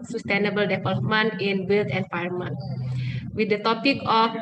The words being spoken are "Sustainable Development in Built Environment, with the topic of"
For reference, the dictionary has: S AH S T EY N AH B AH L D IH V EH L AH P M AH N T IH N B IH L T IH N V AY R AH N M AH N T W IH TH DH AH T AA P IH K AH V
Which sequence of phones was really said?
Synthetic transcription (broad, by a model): S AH S T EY N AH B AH L D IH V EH L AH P M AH N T IH N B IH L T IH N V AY AH M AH N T W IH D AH T AA P IH K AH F